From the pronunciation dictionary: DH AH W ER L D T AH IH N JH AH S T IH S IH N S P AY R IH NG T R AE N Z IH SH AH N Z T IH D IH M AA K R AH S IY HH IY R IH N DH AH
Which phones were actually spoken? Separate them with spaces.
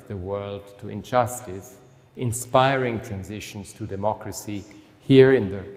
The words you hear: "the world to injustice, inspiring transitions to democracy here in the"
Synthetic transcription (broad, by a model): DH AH W ER L D T AH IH N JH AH S T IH S IH N S P AY R IH NG T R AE N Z IH SH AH N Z T IH D IH M AA K R AH S IY HH IY R IH N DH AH